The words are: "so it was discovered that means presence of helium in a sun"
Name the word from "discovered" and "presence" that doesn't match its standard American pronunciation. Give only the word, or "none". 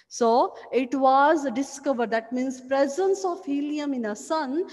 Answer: none